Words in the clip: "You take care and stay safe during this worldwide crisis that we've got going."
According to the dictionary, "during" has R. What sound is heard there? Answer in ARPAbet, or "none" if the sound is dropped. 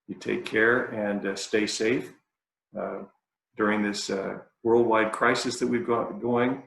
R